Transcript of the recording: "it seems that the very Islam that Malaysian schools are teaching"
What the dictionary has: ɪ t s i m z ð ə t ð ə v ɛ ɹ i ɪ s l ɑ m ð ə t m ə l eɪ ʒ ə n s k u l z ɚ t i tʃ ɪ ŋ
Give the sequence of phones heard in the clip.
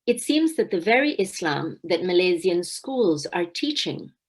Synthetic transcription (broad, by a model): ɪ t s i m z ð ə t ð ə v ɛ ɹ i ɪ s l ɑ m ð ə t m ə l eɪ z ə n s k u l z ɚ t i tʃ ɪ ŋ